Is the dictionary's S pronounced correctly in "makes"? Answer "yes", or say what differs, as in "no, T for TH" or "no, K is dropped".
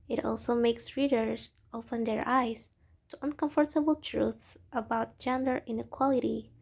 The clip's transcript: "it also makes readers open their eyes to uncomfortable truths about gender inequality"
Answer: yes